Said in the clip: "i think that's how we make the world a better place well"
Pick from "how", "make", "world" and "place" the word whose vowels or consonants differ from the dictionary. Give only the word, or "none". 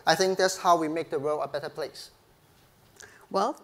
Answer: world